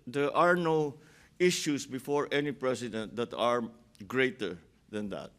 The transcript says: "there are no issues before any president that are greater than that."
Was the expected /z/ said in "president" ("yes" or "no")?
no